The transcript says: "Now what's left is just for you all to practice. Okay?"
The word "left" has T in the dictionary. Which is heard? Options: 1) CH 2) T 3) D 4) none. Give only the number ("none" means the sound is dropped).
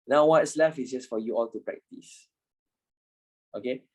4